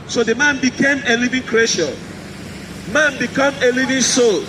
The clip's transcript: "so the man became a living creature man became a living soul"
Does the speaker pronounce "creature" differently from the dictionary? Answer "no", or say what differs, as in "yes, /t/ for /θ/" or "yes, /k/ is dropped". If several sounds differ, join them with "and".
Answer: yes, /ʃ/ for /tʃ/